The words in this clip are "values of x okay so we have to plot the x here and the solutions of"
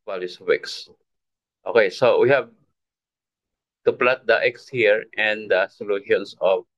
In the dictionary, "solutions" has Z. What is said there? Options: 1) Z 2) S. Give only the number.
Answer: 2